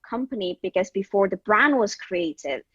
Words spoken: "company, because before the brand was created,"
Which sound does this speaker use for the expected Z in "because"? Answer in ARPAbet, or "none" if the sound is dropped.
Z